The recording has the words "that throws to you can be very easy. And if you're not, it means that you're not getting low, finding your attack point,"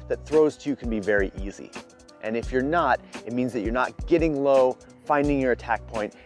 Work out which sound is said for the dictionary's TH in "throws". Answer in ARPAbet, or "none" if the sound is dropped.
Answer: TH